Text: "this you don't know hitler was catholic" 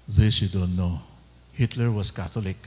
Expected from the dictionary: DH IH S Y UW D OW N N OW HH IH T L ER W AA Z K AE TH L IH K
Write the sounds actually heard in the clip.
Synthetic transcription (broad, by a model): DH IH S Y UW D OW N N OW HH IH T L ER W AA S K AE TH L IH K